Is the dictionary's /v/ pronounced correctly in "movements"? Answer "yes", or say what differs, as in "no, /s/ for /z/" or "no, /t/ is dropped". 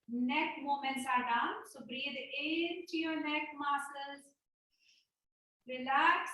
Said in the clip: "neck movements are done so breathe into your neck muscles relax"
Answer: no, /v/ is dropped